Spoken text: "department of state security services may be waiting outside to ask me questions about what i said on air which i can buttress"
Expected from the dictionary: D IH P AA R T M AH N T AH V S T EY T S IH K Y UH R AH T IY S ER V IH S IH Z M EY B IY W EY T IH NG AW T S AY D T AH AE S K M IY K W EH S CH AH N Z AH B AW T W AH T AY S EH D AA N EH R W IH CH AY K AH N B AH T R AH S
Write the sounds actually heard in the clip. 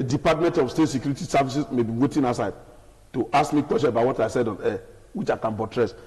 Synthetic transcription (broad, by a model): D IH P AA T M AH N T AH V S T EY T S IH K Y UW R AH T IY S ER V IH S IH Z M EY B IY W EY T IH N AW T S AY D T AH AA S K M IY K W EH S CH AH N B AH IH W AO T AY S EH D AA N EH W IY CH AY K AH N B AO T R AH S